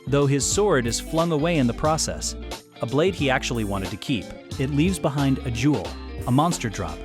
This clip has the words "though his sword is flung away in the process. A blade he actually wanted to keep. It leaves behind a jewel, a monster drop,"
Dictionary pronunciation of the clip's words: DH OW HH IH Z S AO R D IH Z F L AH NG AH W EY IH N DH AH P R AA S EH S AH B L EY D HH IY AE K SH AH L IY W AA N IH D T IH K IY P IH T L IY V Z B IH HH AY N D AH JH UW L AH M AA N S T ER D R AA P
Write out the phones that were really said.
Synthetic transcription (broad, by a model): DH OW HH IH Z S AO R D IH Z F L AH NG AH W EY IH N DH AH P R AA S EH S AH B L EY D IY AE K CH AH L IY W AA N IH D T IH K IY P IH T L IY V Z B IH HH AY N D AH JH UW L AH M AA N S T ER D R AA P